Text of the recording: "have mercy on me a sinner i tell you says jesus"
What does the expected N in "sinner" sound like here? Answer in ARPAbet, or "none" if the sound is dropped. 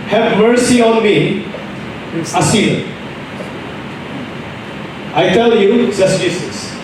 none